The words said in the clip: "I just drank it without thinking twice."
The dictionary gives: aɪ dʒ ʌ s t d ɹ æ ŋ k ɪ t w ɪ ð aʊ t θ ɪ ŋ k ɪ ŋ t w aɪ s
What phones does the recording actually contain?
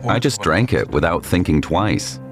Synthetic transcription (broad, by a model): aɪ dʒ ʌ s d ɹ æ ŋ k ɪ t w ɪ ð aʊ t θ ɪ ŋ k ɪ ŋ t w aɪ s